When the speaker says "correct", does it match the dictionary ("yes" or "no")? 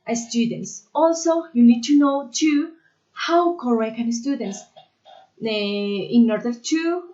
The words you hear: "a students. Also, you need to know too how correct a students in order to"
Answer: no